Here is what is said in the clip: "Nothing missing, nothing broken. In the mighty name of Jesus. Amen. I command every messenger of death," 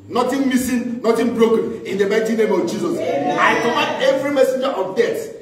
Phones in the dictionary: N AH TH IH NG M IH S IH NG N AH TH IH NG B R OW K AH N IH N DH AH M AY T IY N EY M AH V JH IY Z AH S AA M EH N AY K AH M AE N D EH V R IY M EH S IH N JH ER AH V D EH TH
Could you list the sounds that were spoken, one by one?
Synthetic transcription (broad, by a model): N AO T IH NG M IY S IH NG N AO T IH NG B R OW K AH N IH N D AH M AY T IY N EY M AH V JH IY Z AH S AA IH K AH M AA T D EH V R IY M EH S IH N JH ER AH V D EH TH